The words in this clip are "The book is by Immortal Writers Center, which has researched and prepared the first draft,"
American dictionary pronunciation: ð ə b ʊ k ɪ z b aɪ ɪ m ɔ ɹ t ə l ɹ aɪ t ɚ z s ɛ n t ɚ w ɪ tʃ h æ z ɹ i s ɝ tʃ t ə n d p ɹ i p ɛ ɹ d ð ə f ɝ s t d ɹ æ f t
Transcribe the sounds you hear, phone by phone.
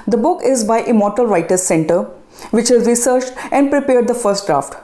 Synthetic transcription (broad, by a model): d ə b ʊ k ɪ z b aɪ ɪ m ɔ ɹ t ə l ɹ aɪ t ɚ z s ɛ n t ɚ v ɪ tʃ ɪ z ɹ i s ɝ tʃ t ə n d p ɹ i p ɛ ɹ d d ə f ɝ s t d ɹ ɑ f t